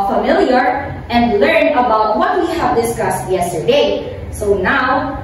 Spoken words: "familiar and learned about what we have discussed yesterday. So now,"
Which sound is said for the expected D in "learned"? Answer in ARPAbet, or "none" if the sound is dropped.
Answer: none